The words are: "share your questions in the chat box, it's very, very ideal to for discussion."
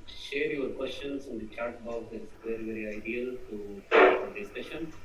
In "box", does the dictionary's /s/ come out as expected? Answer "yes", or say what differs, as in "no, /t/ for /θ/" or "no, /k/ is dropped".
no, /s/ is dropped